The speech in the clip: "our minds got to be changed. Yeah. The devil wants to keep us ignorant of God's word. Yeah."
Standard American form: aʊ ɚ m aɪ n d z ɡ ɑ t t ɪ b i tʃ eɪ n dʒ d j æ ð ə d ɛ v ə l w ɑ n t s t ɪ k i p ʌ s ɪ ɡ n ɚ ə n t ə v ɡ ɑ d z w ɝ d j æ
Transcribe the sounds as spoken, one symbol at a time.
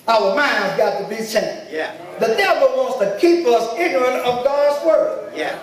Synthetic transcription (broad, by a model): aʊ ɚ m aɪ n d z ɡ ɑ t t ɪ b i s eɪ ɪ ð ə d ɛ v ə l w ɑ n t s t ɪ k i p ʌ s ɪ ɡ n ɚ ə n t ə v ɡ ɑ d z w ɝ d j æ